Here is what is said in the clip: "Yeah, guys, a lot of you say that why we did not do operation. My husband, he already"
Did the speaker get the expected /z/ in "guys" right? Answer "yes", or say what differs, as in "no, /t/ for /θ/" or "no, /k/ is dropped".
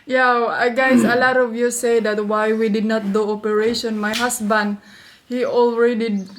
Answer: no, /s/ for /z/